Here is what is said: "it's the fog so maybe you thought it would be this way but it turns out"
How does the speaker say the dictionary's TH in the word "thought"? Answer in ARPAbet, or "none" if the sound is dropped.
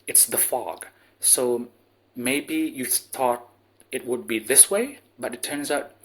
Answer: TH